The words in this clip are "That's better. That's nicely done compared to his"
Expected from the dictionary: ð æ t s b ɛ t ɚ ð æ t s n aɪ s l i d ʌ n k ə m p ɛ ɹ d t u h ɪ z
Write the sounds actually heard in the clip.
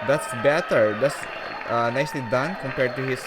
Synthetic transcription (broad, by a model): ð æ t s b ɛ t ɚ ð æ t s n aɪ s l i d ʌ n k ə m p ɛ ɹ d t u h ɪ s